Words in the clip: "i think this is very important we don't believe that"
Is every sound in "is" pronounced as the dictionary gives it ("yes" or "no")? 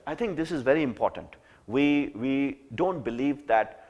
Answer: yes